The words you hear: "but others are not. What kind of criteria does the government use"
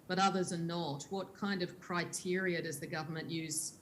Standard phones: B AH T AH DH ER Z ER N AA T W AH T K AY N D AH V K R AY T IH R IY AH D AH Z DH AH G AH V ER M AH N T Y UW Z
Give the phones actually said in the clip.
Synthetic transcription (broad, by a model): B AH T AH DH ER Z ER N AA T W AH T K AY N D AH V K R AY T IH R IY AH D AH Z DH AH G AH V ER M AH N T Y UW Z